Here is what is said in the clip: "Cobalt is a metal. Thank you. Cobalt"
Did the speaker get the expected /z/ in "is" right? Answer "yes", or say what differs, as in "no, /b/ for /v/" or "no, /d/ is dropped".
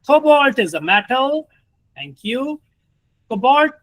yes